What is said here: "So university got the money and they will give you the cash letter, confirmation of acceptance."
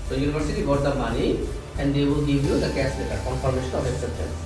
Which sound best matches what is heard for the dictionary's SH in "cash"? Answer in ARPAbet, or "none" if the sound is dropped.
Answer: S